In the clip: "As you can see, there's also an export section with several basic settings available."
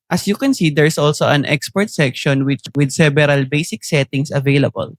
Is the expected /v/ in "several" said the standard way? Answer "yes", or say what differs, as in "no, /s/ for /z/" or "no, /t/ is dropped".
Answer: no, /b/ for /v/